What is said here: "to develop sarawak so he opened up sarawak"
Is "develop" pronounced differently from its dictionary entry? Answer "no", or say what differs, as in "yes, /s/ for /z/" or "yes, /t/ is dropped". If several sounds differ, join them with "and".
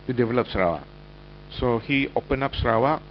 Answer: no